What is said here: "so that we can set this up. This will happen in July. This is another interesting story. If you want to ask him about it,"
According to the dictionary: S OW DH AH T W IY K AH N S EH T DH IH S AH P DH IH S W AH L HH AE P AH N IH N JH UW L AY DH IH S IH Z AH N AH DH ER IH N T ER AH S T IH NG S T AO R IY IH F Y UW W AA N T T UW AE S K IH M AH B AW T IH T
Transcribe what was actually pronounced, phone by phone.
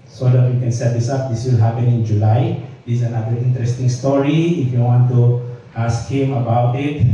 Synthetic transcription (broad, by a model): S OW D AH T W IY K AH N S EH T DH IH S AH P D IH S W AH L HH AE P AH N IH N JH UW L AY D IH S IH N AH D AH IY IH N T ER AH S T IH NG S T AO R IY IH F Y UW W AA N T T UW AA S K IH M AH B AW T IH T